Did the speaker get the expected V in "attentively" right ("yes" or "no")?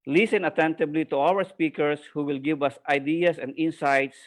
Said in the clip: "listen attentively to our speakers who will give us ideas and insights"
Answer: no